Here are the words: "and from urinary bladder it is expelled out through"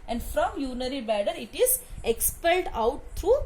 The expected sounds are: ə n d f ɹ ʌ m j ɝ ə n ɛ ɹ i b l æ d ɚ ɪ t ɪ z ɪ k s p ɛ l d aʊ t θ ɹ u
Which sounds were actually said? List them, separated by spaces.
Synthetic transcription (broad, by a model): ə n d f ɹ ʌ m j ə n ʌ ɹ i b æ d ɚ ɪ t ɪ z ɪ k s p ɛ l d aʊ t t ɹ u